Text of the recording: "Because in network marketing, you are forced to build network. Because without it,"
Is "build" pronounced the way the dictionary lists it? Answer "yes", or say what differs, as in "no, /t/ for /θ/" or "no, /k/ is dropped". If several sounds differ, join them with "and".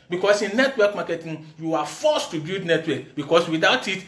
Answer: no, /l/ is dropped